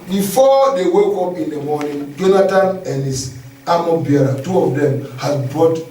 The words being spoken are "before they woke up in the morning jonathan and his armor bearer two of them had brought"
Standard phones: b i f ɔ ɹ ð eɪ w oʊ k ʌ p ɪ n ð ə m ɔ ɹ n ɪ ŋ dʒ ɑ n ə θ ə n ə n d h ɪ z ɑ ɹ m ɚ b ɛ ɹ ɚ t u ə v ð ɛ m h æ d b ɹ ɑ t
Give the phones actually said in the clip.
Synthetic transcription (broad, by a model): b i f ɔ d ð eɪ w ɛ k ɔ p ɪ n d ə m ɔ n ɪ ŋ dʒ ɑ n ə t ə n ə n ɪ s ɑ m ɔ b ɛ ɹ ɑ t u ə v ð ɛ m h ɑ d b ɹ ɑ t